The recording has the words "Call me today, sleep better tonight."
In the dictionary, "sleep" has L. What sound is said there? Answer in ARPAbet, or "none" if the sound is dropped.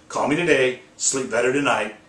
L